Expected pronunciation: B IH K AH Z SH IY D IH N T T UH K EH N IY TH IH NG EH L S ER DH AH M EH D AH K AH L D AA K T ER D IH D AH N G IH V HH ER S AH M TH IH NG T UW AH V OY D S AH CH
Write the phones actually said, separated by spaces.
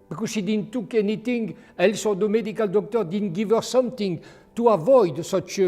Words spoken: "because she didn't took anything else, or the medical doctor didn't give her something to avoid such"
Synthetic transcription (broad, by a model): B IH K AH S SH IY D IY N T T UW K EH N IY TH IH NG EH L S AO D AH M EH D AH K AH L D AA K T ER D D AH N G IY V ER S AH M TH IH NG T UW AH V OY D S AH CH